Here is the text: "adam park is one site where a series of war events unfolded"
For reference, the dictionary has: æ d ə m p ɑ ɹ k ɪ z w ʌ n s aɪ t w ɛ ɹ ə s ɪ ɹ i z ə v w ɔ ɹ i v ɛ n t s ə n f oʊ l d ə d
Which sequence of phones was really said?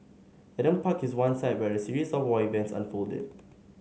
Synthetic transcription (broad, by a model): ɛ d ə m p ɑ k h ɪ s w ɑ n s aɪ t w ɛ ɹ ə s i ɹ i s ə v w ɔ i v ɛ n t s ə n f oʊ l d ə d